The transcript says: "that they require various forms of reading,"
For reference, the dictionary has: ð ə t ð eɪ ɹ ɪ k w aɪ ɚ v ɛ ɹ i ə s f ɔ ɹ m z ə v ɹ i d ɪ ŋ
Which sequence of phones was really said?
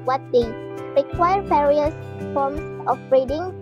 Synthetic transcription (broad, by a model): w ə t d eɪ ɹ ɪ k w aɪ ɚ v ɛ ɹ i ə s f ɔ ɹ m s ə b ɹ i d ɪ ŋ